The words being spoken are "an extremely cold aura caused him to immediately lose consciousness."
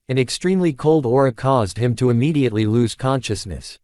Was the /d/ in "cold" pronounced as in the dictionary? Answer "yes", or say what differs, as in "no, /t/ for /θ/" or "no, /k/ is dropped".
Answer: yes